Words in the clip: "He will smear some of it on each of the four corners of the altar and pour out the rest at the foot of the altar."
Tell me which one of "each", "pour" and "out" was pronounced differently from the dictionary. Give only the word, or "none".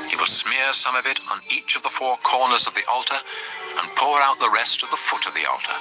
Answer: none